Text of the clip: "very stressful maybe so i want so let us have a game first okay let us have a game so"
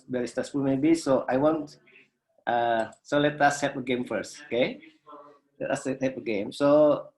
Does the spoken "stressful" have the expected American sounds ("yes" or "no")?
no